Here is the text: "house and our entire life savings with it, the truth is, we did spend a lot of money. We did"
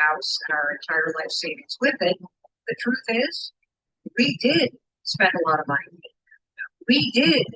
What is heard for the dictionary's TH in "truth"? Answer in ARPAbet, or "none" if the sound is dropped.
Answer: TH